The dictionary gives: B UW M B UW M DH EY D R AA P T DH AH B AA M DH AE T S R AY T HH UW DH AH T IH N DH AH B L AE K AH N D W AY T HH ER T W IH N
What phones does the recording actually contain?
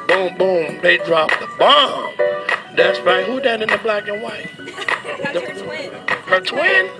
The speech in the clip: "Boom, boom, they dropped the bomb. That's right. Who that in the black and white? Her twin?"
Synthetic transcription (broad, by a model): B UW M B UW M DH EY D R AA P DH AH B AA M DH AE T S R AY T HH UW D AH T IH N DH AH B L AE K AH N W AY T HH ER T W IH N